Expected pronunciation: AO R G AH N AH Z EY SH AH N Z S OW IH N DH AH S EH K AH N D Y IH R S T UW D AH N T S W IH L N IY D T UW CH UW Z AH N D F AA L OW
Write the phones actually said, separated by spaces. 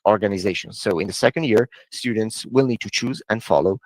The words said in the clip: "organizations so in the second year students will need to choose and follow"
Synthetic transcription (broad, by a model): AO R G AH N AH Z EY SH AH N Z S OW IH N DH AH S EH K AH N D Y IH R S T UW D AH N T S W IH L N IY D T UW CH UW Z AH N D F AA L OW